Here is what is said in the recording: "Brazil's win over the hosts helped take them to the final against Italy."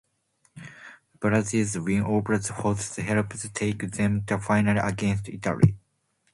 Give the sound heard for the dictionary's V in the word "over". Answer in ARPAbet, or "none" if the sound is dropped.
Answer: B